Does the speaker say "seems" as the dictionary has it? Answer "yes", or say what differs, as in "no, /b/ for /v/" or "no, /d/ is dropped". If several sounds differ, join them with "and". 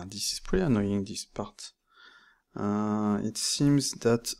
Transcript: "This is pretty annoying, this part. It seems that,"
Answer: yes